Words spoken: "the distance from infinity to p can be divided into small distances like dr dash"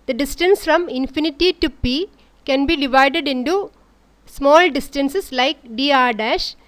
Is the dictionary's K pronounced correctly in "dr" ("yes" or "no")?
no